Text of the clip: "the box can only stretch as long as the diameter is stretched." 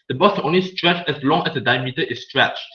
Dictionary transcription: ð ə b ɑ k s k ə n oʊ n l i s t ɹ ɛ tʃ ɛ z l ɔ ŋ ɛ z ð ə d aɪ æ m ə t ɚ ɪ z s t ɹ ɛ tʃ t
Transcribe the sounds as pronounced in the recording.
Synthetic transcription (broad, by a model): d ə b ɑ s k ə n oʊ n l i s t ɹ ɛ tʃ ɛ s l ɔ ŋ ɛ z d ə d aɪ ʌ m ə t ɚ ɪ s s t ɹ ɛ tʃ